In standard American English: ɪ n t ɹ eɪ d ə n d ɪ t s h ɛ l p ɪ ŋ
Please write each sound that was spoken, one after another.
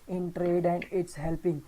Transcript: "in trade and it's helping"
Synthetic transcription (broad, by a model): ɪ n t ɹ eɪ d ə n d ɪ t s h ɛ l p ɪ ŋ